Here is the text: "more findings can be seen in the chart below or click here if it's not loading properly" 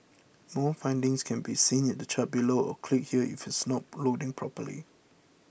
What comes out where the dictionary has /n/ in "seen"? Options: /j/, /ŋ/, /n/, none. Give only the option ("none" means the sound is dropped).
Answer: /n/